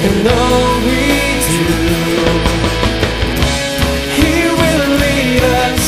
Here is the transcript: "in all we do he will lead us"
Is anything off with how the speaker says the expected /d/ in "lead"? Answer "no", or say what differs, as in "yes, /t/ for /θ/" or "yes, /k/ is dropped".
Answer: yes, /d/ is dropped